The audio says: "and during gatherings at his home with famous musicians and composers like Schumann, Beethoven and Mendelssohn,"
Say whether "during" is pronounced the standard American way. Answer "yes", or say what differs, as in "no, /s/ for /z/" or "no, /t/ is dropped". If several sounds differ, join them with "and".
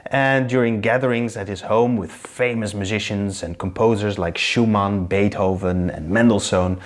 yes